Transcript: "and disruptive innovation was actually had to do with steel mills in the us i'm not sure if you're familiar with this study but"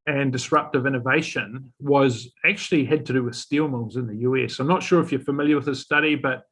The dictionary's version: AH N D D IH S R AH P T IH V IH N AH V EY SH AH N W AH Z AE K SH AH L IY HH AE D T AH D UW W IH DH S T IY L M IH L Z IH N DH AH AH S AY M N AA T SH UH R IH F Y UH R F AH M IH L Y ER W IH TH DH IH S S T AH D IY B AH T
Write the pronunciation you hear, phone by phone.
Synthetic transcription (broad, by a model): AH N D D IH S R AH P T IH V IH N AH V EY SH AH N W AH Z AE K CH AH L IY HH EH D T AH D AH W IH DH S T IY L M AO Z IH N DH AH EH S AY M N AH T SH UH R IH F Y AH R F AH M IH L Y ER W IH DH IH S S T AH D IY B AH T